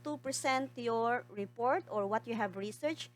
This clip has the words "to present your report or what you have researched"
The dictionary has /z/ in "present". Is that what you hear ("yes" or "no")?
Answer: no